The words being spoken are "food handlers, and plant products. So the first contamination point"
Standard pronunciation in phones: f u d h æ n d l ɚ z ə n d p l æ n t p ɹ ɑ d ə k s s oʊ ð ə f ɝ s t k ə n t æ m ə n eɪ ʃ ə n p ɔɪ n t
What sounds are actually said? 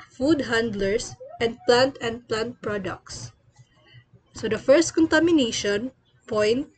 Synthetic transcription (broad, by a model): f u d h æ n d l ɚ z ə n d p l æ n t p ɹ ɑ d ə k s s oʊ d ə f ɝ s t k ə n t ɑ m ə n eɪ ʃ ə n p ɔɪ n t